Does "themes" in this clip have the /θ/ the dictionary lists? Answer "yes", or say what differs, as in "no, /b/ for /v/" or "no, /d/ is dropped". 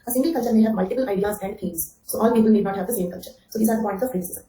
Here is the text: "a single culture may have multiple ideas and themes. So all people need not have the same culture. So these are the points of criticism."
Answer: no, /f/ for /θ/